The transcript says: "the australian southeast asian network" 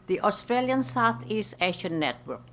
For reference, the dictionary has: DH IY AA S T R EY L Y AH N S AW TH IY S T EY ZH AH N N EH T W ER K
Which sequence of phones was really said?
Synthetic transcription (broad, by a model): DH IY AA S T R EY L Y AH N S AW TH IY S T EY SH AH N N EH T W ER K